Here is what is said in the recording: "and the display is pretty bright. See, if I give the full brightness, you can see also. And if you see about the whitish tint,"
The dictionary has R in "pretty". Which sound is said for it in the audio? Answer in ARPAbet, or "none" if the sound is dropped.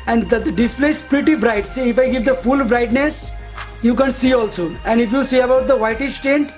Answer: R